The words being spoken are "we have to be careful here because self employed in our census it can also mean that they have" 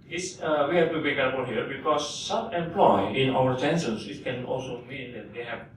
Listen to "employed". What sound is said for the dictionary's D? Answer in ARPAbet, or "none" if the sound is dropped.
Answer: none